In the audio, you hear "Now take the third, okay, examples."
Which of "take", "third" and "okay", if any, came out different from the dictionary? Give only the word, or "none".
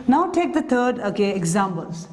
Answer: third